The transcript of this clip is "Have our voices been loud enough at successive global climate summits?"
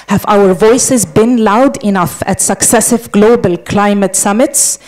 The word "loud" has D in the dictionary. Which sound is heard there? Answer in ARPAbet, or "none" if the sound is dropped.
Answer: D